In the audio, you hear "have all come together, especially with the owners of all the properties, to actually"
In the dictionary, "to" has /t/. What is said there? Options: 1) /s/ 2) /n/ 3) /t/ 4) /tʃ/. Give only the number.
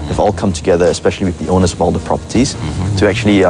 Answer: 3